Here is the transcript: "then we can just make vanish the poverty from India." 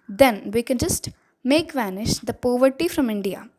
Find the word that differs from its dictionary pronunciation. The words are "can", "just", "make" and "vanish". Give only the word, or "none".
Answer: none